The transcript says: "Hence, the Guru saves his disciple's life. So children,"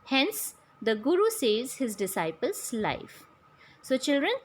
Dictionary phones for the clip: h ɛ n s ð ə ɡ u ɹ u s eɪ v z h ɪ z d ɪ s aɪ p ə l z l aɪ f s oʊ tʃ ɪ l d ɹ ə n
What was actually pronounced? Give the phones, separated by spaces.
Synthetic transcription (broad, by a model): h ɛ n s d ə ɡ u ɹ u s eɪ z h ɪ z d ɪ s aɪ p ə l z l aɪ f s oʊ tʃ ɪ l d ɹ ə n